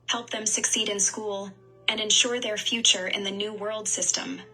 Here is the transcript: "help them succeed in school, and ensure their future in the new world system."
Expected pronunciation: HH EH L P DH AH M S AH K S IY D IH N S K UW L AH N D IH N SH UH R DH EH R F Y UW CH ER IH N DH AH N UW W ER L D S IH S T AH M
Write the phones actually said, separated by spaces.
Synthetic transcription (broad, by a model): HH EH L P DH AH M S AH K S IY D IH N S K UW L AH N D IH N SH UH R DH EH R F Y UW CH ER IH N DH AH N UW W ER L D S IH S T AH M